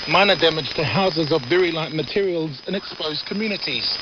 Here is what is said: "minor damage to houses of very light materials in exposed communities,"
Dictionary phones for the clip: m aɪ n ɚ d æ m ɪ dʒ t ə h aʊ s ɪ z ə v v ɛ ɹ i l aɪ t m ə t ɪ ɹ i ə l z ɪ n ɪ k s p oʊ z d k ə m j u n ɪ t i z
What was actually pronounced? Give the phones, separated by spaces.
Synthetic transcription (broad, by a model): m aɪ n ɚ d æ m ɪ dʒ t ə h aʊ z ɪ z ə v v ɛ ɹ i l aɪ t m ə t ɪ ɹ i ə l z ɪ n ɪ k s p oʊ z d k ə m j u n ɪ t i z